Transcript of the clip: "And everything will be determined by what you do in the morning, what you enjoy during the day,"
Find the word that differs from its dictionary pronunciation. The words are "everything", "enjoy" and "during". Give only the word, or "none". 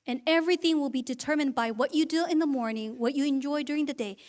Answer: none